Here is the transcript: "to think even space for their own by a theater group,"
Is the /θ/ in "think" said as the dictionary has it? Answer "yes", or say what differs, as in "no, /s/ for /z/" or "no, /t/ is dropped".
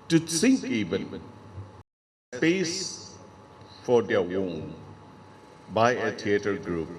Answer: no, /s/ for /θ/